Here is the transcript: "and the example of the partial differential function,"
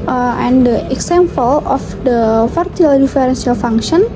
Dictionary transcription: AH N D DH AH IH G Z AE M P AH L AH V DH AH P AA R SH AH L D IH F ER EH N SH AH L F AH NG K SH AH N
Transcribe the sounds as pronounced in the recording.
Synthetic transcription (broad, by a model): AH N D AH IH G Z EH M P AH L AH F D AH F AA R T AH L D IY F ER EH N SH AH L F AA NG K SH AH N